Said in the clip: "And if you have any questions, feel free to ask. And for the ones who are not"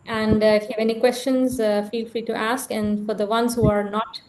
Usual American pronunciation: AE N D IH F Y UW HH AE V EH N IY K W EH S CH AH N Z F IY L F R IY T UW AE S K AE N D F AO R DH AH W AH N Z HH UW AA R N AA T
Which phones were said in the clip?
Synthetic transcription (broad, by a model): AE N D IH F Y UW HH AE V EH N IY K W EH S CH AH N Z F IY L F R IY T UW AE S K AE N D F AO R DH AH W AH N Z HH UW AA R N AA T